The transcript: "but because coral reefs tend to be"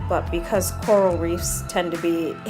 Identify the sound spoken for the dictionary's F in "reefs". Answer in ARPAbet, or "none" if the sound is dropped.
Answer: F